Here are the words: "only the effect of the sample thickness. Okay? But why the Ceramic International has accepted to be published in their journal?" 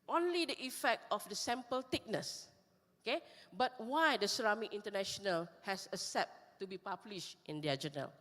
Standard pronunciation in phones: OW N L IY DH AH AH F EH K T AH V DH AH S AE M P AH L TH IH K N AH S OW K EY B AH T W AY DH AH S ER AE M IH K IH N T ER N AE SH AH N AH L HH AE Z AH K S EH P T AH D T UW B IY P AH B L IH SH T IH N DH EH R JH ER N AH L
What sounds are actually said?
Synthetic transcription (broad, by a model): OW N L IY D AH AH F EH K T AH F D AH S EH M P AH L T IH K N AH S OW K EY B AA T W AY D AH S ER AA M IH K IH N T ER N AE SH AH N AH L HH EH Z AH S T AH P T UW B IY P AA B L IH SH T IH N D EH JH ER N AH L